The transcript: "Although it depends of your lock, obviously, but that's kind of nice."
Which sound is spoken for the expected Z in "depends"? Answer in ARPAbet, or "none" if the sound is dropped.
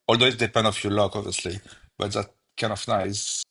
none